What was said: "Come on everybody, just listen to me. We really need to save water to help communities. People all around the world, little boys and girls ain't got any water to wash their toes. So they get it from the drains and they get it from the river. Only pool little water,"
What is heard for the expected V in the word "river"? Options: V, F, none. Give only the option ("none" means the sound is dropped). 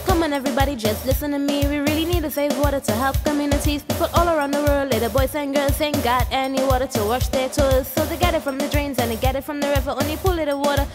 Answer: V